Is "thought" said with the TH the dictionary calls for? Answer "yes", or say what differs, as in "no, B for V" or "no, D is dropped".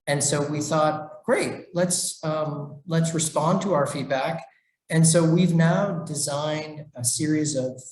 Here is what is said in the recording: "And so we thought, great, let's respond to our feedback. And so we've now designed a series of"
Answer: yes